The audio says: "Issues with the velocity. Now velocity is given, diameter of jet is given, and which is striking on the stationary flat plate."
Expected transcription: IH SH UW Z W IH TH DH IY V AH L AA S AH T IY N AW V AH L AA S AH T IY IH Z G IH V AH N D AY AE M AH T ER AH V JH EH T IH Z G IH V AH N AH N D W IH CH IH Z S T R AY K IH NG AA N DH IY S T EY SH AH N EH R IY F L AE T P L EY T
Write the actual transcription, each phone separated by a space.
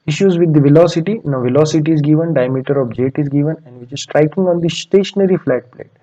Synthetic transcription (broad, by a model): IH SH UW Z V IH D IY V AH L AA S AH T IY N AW V AH L AA S AH T IY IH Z G IH V AH N D AY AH M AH T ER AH B JH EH T IH Z G IH V AH N AH N D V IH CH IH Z S T R AY K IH NG AA N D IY S T EY SH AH N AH R IY F L AE T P L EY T